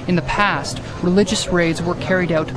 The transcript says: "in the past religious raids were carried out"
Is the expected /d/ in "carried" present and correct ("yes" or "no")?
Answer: yes